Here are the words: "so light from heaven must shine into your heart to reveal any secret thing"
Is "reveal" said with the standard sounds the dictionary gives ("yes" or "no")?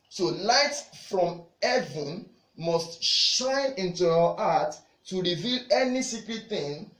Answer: yes